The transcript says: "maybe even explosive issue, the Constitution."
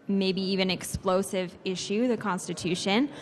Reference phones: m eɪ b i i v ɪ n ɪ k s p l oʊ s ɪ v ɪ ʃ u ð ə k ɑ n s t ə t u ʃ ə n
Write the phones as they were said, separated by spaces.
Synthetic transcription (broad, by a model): m eɪ b i i v ɪ n ɪ k s p l oʊ s ɪ v ɪ ʃ u ð ə k ɑ n s t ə t u ʃ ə n